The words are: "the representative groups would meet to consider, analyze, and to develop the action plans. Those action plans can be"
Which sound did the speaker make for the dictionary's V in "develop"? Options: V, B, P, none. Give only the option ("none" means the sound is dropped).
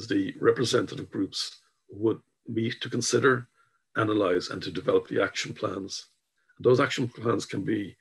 V